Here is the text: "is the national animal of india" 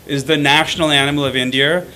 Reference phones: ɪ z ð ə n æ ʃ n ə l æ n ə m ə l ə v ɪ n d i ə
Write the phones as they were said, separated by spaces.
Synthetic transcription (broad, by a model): ɪ z ð ə n æ ʃ n l æ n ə m l ə v ɪ n d i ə